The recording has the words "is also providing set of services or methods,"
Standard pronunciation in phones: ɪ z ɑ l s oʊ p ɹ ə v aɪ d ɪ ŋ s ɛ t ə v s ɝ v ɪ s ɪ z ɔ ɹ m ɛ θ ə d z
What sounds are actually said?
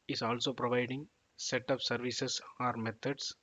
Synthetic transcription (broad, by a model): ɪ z ɑ l s oʊ p ɹ ə v aɪ d ɪ ŋ s ɛ t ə p s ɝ v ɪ s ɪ s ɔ ɹ m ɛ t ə d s